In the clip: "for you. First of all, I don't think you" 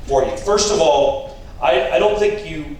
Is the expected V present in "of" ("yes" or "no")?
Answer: yes